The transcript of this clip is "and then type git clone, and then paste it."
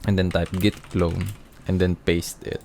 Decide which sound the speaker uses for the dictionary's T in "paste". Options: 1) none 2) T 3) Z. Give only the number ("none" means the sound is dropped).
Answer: 2